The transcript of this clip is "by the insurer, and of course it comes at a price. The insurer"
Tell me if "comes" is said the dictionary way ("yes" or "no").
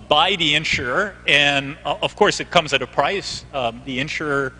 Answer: yes